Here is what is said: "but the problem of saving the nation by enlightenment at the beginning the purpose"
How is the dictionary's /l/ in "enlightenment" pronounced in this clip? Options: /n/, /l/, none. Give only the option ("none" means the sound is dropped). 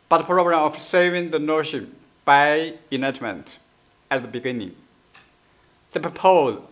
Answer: none